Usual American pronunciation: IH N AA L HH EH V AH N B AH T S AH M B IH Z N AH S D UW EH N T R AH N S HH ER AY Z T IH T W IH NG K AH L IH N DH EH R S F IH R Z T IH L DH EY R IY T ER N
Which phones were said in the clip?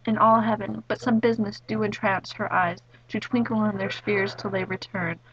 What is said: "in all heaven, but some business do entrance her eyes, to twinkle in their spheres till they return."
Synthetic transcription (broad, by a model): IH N AA L HH EH V AH N B AH T S AH M B IH Z N AH S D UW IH N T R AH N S HH ER AY Z T IH T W IH NG K L IH N DH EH R S F IH R Z T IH L DH EY R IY T ER N